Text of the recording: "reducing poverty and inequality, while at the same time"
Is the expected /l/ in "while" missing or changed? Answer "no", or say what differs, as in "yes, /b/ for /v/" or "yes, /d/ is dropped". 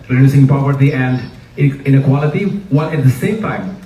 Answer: yes, /n/ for /l/